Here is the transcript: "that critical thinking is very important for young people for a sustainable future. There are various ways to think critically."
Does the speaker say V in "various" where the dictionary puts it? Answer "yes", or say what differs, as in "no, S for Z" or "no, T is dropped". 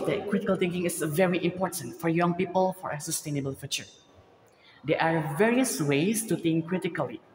yes